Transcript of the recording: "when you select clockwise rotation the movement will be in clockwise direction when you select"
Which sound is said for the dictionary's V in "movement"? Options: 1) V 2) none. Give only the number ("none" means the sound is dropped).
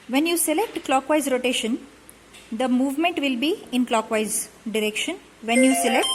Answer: 1